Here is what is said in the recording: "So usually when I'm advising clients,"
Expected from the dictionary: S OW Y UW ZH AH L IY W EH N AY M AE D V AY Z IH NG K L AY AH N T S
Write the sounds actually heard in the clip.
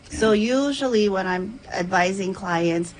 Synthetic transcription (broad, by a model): S OW Y UW ZH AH L IY W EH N AY M AE D V AY Z IH NG K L AY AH N T S